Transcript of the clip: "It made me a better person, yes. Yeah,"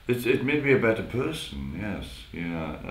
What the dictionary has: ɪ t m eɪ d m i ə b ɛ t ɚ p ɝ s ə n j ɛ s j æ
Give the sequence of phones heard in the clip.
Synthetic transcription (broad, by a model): ɪ t m eɪ d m i ə b ɛ t ɚ p ɝ s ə n j ɛ s j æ